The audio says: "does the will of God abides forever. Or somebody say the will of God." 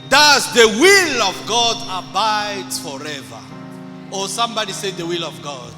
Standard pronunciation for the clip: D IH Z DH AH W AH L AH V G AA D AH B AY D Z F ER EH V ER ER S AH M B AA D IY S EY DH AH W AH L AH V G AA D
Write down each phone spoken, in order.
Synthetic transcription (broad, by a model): D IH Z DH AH W AH L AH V G AA D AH B AY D F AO EH V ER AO S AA M B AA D IY S EY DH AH W AH L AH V G AA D